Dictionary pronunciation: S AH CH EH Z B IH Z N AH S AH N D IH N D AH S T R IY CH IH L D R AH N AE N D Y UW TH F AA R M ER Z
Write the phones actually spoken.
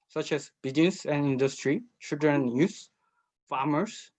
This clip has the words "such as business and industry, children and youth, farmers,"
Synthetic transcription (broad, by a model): S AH CH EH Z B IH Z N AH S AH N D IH N D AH S T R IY CH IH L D R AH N N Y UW S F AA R M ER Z